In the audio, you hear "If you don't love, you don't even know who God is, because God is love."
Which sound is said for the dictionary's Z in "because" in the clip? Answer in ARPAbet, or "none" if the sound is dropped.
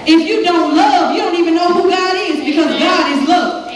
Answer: Z